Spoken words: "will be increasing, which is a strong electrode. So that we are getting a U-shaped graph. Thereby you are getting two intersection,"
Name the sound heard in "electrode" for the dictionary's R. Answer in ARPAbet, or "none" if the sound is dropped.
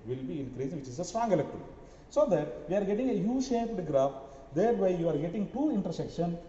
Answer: none